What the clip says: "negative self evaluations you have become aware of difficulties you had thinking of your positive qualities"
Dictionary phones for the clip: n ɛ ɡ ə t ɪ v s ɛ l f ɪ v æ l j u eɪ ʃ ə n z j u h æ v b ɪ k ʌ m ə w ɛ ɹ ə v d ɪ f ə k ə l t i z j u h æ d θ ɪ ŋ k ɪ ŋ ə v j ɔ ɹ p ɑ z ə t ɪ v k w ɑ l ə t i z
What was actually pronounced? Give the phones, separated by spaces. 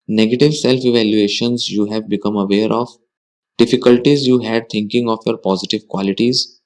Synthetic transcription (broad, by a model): n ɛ ɡ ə t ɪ v s ɛ l f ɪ v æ l j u eɪ ʃ ə n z j u h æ v b ɪ k ʌ m ə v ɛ ɹ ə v d ɪ f ə k ə l t i z j u h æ d t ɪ ŋ k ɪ ŋ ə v j ɔ ɹ p ɑ z ə t ɪ v k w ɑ l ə t i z